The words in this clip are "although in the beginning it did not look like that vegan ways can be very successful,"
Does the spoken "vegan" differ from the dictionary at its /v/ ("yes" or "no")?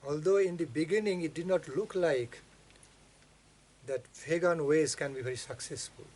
yes